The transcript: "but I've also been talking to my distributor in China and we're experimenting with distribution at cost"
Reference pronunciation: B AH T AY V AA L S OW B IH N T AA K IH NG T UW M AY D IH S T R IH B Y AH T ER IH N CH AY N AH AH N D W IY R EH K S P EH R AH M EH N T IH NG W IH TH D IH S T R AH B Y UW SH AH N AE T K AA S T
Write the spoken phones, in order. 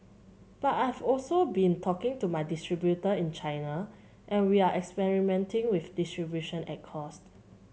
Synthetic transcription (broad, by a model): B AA T AY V AA L S OW B IH N T AA K IH NG T UW M AY D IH S T R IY B Y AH T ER IH N CH AY N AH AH N W IY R EH K S P EH R AH M EH N T IH NG W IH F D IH S T R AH B Y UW SH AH N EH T K AA S T